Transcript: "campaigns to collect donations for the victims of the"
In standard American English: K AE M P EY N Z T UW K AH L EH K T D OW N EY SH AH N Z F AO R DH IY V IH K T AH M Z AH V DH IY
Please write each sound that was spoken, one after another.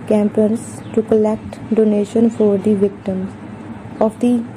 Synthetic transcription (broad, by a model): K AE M P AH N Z T UW K AH L EH K T D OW N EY SH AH N F AO R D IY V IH K T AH M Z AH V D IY